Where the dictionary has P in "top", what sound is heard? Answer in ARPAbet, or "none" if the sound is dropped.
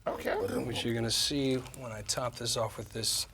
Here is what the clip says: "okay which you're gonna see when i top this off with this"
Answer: P